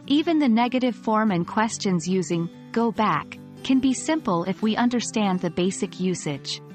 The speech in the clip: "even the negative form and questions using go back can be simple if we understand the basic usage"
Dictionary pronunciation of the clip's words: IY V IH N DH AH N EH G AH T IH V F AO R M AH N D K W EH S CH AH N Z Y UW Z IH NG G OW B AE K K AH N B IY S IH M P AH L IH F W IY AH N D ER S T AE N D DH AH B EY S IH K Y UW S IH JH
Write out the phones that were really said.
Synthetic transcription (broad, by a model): IY V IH N DH AH N EH G AH T IH V F AO R M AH N K W EH S CH AH N Z Y UW Z IH NG G OW B AE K K AH N B IY S IH M P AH L IH F W IY AH N D ER S T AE N DH AH B EY S IH K Y UW S IH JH